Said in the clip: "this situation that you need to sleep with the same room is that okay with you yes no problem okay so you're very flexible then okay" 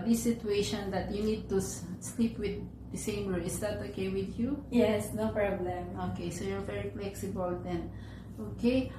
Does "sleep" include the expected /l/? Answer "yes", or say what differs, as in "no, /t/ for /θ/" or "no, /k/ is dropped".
yes